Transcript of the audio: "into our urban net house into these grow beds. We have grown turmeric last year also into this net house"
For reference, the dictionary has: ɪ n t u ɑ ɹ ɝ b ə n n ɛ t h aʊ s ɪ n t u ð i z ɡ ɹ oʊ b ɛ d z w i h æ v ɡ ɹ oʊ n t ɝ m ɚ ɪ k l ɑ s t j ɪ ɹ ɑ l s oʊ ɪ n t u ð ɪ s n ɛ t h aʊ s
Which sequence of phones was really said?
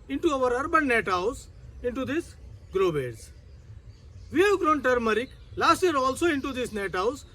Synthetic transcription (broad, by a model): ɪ n t u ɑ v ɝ b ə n n ɛ t h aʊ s ɪ n t u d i s ɡ ɹ oʊ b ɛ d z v i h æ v ɡ ɹ oʊ n t ɝ m ɚ ɪ k l ɑ s t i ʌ ɹ ɑ l s oʊ ɪ n t u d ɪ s n ɛ t h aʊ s